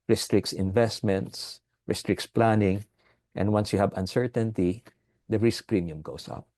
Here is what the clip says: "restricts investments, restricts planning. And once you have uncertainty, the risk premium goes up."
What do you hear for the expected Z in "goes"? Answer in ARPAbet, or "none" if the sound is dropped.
S